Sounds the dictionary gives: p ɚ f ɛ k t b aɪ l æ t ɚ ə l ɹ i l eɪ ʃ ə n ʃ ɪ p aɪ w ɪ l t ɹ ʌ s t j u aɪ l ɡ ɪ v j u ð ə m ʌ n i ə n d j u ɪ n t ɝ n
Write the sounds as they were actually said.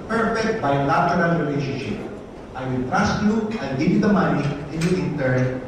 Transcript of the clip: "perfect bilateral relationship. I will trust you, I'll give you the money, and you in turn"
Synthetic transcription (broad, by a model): p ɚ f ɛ k t b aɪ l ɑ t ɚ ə l ɹ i l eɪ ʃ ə n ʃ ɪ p aɪ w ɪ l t ɹ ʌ s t j u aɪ n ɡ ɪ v j u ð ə m ʌ n i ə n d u ɪ n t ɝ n